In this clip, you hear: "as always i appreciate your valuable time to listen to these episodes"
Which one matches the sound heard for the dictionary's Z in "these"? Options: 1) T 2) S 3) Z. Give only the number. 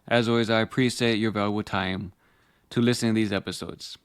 3